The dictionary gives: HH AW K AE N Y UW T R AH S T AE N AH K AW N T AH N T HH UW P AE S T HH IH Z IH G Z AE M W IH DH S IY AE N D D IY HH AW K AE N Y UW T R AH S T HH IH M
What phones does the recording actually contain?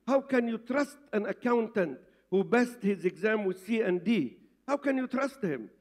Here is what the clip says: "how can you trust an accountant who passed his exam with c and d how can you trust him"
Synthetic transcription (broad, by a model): HH AW K AE N Y UW T R AH S T AE N AH K AW N T AH N T HH UW B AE S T HH IH Z IH G Z AE M W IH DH S IY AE N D D IY HH AW K AE N Y UW T R AH S T HH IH M